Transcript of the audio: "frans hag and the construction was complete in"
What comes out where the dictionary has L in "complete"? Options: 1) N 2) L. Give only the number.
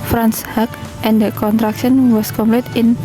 2